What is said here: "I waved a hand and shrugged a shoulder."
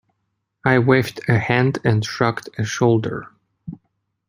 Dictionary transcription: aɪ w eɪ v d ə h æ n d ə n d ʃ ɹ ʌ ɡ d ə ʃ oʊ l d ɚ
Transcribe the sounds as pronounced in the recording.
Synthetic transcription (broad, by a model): aɪ w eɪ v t ə h æ n d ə n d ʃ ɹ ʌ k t ə ʃ oʊ l d ɚ